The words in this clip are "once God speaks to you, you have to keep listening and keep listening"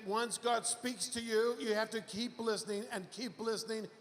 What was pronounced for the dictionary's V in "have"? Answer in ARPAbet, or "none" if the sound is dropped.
F